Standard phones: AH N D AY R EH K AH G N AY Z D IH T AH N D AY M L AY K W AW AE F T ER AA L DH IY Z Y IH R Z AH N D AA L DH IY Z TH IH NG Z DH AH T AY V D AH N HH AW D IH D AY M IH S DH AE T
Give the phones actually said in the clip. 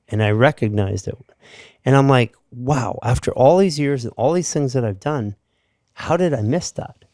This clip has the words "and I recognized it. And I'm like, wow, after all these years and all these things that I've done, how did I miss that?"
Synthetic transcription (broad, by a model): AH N AY R EH K AH G N AY Z D IH T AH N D AY M L AY K W AW AE F T ER AA L DH IY Z Y IH R Z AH N AA L DH IY Z TH IH NG Z DH AH T AY V D AH N HH AW D IH D AY M IH S DH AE T